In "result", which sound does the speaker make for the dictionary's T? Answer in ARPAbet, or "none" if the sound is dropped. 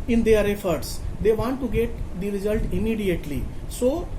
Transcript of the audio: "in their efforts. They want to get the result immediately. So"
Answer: T